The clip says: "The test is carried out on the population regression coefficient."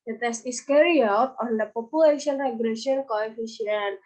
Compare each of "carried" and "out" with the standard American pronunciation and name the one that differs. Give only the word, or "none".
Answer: carried